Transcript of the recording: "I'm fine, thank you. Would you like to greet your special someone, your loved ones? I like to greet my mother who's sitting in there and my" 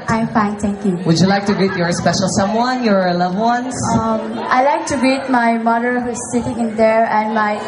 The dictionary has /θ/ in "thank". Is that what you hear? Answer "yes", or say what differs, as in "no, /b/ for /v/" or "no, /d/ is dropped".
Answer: no, /t/ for /θ/